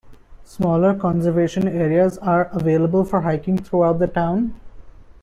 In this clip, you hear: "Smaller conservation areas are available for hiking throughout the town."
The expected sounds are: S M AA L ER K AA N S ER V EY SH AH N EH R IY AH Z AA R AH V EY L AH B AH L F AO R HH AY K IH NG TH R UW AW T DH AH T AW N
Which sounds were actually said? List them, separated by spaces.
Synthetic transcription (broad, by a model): S M AA L ER K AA N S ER V EY SH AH N EH R IY AH Z AA R AH V EY L AH B AH L F AO R HH AY K IH NG T R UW AW T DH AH T AW N